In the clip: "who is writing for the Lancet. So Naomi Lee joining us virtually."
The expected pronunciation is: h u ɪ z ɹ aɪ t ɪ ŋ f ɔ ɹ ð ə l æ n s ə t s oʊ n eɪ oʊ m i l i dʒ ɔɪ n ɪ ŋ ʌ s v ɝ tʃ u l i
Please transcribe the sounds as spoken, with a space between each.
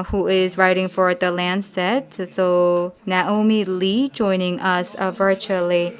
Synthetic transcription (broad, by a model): h u ɪ z ɹ aɪ t ɪ ŋ f ɔ ɹ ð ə l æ n s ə t s oʊ n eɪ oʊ m i l i dʒ ɔɪ n ɪ ŋ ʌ s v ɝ tʃ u l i